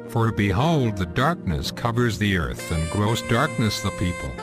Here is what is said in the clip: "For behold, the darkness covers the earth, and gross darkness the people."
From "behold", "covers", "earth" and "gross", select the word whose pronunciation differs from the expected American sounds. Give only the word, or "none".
none